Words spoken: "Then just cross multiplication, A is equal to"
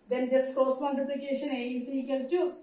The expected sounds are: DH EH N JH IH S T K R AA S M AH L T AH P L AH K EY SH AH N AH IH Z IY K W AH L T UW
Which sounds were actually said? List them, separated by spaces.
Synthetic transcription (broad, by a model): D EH N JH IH S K AA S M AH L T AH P L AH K EY SH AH N AH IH S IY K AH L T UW